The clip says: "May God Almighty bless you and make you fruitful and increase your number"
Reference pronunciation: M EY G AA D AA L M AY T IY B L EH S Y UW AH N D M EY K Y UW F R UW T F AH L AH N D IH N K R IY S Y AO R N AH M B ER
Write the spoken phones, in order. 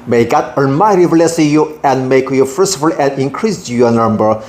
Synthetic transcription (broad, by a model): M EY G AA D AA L M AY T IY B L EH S Y UW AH N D M EY K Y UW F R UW S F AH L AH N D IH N K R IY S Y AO N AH M B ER